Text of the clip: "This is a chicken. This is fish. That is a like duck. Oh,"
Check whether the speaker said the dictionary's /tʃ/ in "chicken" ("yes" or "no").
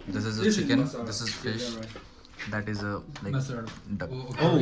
no